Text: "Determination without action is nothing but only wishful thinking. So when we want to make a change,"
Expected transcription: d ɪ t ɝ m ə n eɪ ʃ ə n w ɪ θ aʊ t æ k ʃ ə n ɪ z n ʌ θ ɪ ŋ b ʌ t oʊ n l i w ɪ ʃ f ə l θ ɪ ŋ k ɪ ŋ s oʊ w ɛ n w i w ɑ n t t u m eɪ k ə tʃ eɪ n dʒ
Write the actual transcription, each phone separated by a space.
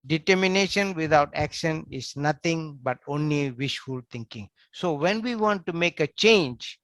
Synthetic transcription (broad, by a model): d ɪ t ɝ m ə n eɪ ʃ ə n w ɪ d aʊ t æ k ʃ ə n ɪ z n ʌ t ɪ ŋ b ʌ t oʊ n l i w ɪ ʃ f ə l t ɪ ŋ k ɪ ŋ s oʊ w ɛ n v i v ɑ n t t u m eɪ k ə tʃ eɪ n dʒ